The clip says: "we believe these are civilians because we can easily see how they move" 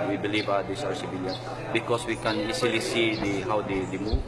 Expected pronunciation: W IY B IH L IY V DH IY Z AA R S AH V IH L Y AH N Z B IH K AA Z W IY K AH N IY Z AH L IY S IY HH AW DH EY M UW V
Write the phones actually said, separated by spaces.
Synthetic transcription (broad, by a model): W IY B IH L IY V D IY S AA R S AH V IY L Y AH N B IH K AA S W IY K AH N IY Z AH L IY S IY HH AW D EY M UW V